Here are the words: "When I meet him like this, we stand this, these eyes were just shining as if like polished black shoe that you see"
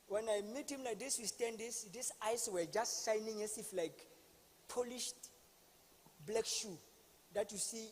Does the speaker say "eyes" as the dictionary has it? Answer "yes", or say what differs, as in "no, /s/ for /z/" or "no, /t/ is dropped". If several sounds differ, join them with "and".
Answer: no, /s/ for /z/